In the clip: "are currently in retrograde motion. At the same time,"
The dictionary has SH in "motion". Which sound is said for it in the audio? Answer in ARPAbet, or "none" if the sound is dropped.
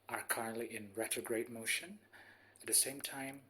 SH